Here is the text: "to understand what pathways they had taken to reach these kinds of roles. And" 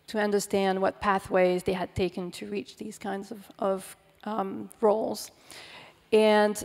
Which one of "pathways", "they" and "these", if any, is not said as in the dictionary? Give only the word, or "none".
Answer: none